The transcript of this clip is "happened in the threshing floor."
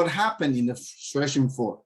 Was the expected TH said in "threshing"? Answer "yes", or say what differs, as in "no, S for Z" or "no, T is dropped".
no, S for TH